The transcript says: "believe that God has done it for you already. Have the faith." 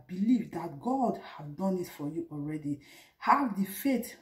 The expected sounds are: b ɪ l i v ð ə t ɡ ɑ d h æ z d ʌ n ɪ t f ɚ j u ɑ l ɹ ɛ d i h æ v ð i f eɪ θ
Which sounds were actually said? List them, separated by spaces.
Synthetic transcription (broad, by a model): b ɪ l i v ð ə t ɡ ɑ d h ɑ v d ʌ n ɪ t f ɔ j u ɑ l ɹ ɛ d i h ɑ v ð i f eɪ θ